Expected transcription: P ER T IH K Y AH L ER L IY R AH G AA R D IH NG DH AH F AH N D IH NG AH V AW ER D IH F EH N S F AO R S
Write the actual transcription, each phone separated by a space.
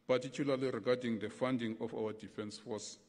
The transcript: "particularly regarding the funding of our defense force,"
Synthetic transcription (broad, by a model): P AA T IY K Y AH L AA L IY R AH G AA D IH NG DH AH F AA N D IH NG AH F AW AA D IH F EH N S F AO S